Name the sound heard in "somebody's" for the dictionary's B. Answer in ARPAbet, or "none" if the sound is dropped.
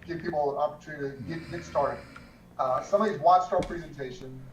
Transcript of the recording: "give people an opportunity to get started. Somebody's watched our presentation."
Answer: none